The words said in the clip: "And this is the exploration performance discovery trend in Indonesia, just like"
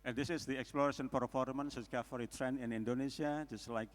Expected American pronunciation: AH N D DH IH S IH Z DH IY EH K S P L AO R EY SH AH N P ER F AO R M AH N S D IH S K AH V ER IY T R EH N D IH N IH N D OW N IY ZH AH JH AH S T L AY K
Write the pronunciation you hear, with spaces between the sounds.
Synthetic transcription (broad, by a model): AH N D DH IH S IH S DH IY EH K S P L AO R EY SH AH N P ER F AO R M AH N S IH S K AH F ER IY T R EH N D IH N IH N D OW N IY S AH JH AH S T L AY K